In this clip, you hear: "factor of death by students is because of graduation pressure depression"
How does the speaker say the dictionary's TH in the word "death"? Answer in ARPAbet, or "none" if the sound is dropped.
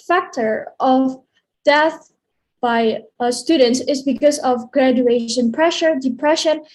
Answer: TH